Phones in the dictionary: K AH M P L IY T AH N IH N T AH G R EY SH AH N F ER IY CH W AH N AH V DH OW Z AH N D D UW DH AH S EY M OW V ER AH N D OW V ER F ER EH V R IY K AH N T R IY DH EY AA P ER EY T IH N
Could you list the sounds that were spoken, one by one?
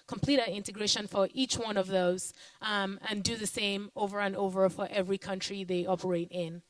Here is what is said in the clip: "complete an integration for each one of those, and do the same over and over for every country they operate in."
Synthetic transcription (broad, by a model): K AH M P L IY T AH IH N T AH G R EY SH AH N F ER IY CH W AH N AH V DH OW Z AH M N D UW DH AH S EY M OW V ER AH N OW V ER F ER EH V R IY K AH N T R IY DH EY AA P ER EY T IH N